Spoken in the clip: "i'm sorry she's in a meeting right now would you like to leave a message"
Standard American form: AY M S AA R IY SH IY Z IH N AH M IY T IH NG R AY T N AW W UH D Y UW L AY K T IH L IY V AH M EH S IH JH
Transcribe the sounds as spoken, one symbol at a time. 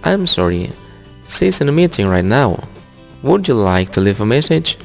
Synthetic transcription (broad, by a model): AY M S AA R IY S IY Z IH N AH M IY T IH NG R AY T N AW W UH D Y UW L AY K T IH L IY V AH M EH S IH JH